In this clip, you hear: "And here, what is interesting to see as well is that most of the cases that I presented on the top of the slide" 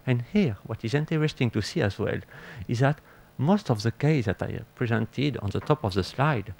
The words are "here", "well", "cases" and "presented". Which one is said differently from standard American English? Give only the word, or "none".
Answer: cases